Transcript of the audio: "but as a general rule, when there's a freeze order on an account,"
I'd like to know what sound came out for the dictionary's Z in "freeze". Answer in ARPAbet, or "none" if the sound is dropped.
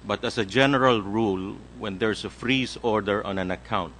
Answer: S